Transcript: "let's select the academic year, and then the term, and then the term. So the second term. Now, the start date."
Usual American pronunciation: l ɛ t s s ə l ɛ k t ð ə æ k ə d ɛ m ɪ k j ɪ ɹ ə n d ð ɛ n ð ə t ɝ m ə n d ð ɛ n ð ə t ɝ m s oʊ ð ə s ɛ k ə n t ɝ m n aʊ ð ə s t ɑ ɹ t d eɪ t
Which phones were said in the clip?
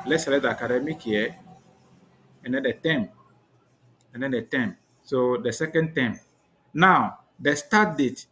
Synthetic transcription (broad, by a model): l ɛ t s s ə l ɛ t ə k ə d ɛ m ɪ k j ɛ ə n d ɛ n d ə t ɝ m ə n d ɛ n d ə t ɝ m s oʊ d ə s ɛ k ə n t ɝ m n aʊ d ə s t ɑ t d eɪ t